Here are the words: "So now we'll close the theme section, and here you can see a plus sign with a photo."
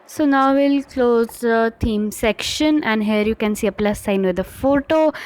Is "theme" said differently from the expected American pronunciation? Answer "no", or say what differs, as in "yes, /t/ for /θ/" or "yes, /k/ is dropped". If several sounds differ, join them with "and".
yes, /t/ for /θ/